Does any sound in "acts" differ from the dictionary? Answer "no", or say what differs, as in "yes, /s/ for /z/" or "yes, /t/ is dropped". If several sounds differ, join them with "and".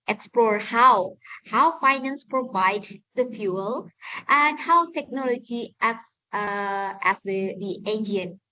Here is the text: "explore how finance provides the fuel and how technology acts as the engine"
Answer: yes, /k/ is dropped